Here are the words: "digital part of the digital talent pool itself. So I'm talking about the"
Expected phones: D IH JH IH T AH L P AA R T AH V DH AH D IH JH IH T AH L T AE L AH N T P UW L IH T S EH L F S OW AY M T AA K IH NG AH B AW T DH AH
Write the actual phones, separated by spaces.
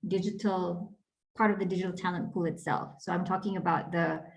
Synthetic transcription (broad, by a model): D IH JH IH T L P AA R T AH V DH AH D IH JH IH T L T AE L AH N P UW L IH T S EH L F S OW AY M T AA K IH NG AH B AW T DH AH